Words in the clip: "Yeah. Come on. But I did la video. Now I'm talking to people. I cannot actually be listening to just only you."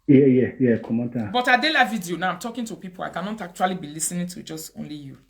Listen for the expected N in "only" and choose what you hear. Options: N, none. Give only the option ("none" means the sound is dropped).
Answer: N